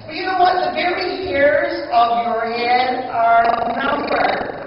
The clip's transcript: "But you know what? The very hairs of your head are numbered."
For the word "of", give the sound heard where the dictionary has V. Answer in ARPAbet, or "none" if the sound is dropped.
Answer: V